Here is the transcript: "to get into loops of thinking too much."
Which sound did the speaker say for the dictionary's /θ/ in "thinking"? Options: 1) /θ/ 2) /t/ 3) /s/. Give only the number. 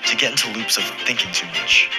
1